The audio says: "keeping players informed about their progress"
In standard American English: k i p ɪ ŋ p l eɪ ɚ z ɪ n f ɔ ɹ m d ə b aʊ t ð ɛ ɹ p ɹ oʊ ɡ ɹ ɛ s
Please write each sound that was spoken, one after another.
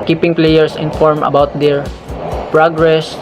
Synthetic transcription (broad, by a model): k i p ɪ ŋ p l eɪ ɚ s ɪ n f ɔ ɹ m ə b aʊ t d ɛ ɹ p ɹ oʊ ɡ ɹ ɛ s